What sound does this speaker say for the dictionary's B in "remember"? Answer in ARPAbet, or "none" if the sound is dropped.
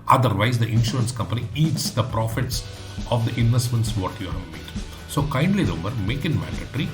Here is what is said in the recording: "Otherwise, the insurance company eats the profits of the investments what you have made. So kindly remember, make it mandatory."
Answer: none